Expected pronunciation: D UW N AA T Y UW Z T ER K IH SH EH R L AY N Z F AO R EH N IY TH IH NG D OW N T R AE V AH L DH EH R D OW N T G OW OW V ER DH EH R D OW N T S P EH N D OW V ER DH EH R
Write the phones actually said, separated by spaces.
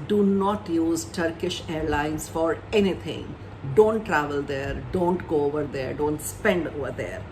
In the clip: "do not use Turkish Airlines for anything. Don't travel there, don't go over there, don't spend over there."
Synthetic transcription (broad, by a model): D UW N AA T Y UW Z T ER K IH SH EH R L AY N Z F AO R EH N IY T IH NG D OW N T R AE V AH L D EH R D OW N T G OW OW V ER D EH R D OW N T S P EH N D OW V ER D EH R